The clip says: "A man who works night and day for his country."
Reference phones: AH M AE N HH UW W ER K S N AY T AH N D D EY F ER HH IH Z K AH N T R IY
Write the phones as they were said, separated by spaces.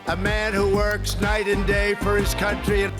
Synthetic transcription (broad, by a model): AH M AE N HH UW W ER K S N AY T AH N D D EY F ER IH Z K AH N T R IY